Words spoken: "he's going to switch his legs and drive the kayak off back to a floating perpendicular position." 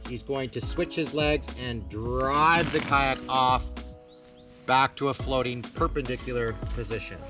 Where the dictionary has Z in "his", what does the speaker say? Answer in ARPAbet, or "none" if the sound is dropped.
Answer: Z